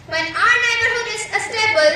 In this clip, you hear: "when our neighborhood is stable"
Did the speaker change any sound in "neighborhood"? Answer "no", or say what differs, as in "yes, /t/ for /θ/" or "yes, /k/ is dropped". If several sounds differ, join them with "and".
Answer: yes, /d/ is dropped